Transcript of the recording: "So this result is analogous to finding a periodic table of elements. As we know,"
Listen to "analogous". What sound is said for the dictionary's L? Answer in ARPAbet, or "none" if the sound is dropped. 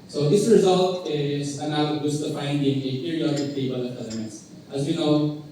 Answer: none